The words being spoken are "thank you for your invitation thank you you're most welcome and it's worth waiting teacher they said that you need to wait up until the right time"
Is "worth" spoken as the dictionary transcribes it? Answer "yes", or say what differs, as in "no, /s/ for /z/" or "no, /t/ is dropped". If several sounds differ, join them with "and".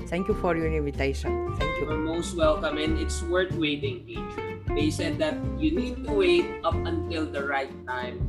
no, /t/ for /θ/